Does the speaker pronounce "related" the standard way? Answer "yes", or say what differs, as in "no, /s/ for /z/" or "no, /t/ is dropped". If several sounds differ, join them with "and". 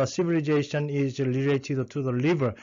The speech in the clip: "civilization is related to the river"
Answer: no, /l/ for /ɹ/